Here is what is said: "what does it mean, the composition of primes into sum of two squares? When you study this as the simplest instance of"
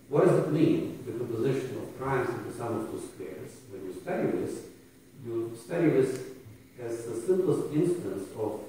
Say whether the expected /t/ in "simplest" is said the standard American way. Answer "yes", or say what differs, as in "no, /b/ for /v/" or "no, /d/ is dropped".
yes